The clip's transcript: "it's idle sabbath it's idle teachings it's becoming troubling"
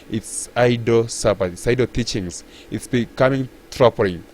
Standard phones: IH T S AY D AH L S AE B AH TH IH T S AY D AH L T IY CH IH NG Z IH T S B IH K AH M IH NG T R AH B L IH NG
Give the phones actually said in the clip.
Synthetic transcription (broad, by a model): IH T S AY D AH S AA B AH T IH T S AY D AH T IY CH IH NG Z IH T S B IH K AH M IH NG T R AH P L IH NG